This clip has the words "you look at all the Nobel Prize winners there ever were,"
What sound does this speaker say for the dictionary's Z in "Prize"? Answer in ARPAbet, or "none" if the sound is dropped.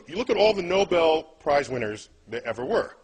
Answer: Z